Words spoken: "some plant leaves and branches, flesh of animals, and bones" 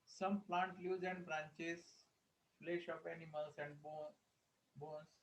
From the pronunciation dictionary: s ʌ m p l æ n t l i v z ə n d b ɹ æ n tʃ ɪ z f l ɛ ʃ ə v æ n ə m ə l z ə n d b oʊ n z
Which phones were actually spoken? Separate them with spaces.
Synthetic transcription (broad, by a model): s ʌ m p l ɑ n t l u z ə n d b ɹ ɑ n tʃ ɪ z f l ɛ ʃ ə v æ n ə m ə l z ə n d b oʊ n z